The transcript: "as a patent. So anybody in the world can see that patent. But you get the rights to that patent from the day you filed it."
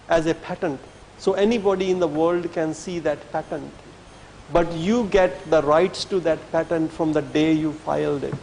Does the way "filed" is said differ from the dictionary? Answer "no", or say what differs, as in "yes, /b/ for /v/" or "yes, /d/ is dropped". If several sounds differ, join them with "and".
no